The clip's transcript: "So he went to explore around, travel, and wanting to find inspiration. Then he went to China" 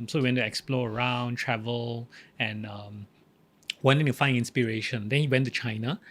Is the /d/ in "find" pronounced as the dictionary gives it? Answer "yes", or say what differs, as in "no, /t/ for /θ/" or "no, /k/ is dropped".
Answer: no, /d/ is dropped